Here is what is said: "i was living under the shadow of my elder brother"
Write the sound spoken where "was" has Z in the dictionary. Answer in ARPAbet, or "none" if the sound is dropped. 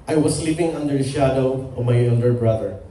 S